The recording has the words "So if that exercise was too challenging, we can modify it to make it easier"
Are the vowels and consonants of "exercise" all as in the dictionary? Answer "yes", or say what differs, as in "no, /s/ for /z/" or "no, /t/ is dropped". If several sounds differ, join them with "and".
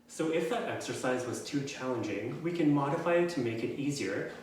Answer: yes